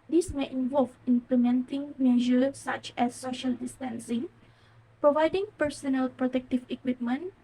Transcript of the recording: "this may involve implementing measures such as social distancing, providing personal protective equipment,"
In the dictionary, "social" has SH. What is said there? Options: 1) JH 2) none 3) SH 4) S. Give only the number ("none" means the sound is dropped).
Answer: 3